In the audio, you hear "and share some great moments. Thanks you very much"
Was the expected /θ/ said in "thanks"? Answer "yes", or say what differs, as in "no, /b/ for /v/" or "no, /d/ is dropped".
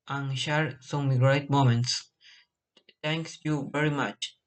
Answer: no, /t/ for /θ/